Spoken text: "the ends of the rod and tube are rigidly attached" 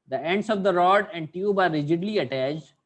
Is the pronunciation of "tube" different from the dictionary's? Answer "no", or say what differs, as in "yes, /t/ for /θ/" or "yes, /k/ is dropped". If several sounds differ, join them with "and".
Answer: no